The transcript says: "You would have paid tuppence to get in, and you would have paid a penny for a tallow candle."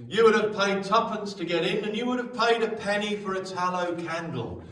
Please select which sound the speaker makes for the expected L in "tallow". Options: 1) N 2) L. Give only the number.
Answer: 2